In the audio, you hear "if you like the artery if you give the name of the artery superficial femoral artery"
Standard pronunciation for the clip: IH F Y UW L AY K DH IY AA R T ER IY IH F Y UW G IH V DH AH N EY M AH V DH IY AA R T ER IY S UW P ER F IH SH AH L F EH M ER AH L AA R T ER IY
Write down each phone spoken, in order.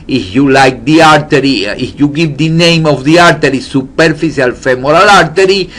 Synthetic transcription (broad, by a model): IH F Y UW L AY K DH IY AA R T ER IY IH F Y UW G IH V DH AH N EY M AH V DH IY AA R T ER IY S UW P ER F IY S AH L F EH M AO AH L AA R T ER IY